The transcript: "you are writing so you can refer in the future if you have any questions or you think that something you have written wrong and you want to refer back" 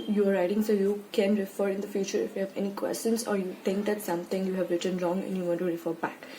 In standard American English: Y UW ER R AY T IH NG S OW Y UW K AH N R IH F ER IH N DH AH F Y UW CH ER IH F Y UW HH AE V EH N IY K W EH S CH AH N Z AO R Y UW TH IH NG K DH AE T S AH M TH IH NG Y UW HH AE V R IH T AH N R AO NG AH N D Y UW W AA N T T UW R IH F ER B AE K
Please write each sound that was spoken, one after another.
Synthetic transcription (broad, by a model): Y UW ER R AY T IH NG S OW Y UW K AH N R IH F ER IH N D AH F Y UW CH ER IH F Y UW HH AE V EH N IY K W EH S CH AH N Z AO R Y UW T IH NG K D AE T S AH M T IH NG Y UW HH AE V R IH T AH N R AO NG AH N Y UW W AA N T T UW R IH F ER B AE K